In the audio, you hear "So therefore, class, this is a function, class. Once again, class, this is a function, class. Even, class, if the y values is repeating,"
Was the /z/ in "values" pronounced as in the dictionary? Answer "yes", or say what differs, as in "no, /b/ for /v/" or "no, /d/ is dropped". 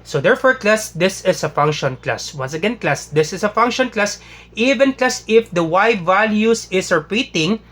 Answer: no, /s/ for /z/